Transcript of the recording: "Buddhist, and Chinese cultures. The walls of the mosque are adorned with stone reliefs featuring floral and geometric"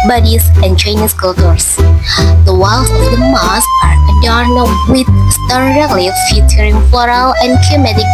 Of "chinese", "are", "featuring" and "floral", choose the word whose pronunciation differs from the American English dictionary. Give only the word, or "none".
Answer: chinese